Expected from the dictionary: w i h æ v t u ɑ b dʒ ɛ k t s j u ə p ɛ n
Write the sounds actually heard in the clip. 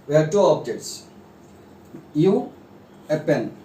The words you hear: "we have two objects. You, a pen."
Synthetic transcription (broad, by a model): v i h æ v t u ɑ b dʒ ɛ t s j u ə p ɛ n